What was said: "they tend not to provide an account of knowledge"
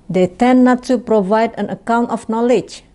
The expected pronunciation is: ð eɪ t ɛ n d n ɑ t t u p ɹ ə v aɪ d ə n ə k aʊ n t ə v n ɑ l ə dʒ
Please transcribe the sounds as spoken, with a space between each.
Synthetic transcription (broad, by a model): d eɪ t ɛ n n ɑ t t u p ɹ ə v aɪ d ə n ə k aʊ n t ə f n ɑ l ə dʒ